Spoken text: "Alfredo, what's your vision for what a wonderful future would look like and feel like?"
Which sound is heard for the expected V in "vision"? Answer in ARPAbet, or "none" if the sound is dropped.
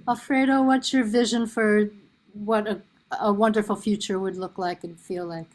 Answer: V